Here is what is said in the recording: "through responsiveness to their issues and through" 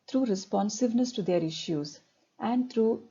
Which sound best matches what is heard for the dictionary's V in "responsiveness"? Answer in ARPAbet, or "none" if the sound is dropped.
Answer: V